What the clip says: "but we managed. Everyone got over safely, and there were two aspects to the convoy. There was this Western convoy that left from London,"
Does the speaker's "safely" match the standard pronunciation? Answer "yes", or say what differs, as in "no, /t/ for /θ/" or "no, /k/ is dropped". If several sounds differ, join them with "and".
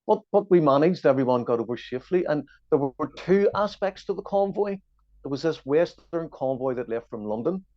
no, /ʃ/ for /s/